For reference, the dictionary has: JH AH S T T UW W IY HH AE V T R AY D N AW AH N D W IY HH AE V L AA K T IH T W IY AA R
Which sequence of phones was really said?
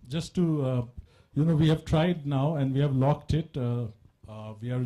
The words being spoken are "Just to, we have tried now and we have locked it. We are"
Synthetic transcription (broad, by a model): JH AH S T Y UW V IY HH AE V T R AY D N AW AH N D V IY HH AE V L AA K T IH T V IY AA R